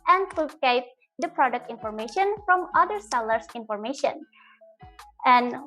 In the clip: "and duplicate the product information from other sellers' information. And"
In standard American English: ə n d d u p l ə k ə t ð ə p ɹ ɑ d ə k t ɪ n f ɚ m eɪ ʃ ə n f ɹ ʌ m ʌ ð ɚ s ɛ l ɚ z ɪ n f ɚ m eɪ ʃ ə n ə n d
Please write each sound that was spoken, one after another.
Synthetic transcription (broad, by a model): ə n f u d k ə ə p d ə p ɹ ɑ d ə k t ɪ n f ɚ m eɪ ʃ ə n f ɹ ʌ m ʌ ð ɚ s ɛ l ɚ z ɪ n f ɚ m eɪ ʃ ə n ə n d